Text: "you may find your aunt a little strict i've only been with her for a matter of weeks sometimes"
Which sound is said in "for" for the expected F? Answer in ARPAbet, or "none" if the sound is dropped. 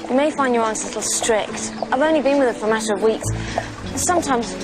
F